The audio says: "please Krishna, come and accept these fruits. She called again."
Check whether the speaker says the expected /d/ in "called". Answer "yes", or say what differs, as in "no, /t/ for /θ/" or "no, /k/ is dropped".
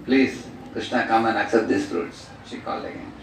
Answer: no, /d/ is dropped